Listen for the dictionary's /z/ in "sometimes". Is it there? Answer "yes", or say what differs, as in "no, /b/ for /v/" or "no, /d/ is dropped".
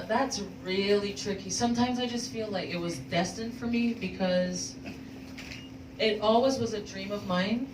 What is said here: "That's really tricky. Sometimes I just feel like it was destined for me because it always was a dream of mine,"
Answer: yes